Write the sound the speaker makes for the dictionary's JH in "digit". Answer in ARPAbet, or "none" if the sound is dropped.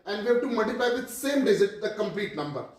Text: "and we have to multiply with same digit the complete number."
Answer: Z